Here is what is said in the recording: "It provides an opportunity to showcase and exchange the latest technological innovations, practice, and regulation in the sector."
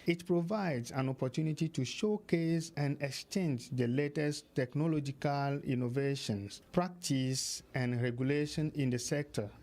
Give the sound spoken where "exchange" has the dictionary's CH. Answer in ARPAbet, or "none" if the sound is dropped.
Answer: CH